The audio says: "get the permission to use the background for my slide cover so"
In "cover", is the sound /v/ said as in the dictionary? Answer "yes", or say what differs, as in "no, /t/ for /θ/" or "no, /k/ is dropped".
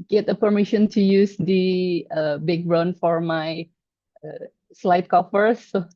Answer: no, /f/ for /v/